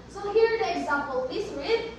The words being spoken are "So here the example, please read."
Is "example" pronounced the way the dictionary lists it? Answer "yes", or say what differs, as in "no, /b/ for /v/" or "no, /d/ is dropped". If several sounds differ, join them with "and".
yes